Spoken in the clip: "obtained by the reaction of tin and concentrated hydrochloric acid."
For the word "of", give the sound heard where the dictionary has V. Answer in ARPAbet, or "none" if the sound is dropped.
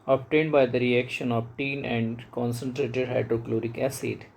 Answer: B